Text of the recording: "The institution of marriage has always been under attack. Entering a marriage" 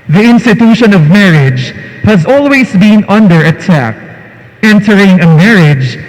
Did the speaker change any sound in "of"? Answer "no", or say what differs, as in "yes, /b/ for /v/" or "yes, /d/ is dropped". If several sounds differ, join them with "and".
no